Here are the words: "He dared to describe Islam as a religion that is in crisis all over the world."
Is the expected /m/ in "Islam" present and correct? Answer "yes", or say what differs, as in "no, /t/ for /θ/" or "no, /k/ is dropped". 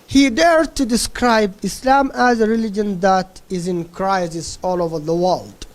yes